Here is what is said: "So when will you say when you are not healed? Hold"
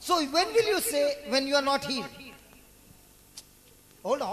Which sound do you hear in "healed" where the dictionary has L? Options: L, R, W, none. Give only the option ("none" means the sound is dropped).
none